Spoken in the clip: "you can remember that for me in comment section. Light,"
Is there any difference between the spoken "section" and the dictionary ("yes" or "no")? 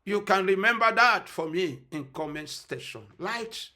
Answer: yes